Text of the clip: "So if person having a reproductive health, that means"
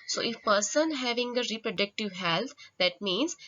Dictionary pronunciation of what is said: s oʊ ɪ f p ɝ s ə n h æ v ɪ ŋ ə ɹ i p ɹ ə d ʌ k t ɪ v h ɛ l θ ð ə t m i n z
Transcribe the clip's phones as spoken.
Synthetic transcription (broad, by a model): s oʊ ɪ f p ɝ s ə n h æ v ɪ ŋ ə ɹ i p ɹ ə d ʌ k t ɪ v h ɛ l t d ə t m i n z